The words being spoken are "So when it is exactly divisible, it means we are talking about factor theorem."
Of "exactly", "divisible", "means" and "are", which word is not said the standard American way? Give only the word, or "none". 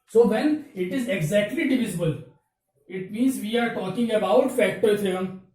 none